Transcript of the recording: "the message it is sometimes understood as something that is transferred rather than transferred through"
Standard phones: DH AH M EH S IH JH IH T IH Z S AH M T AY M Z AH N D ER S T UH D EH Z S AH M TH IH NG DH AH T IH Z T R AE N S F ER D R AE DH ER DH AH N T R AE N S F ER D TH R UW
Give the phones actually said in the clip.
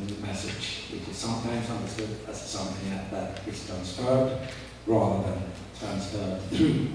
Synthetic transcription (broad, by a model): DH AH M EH S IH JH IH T IH Z S AH M T AY M Z AH N D ER S T UH D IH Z S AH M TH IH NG DH AH T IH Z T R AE N S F ER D R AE DH ER DH AH N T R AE N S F ER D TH R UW